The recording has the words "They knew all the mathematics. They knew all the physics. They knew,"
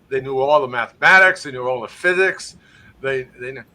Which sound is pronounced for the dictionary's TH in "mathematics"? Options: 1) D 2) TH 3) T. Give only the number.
2